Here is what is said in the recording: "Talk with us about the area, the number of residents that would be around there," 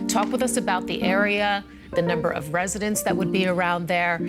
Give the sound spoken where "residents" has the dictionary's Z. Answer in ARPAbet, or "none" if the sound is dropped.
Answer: Z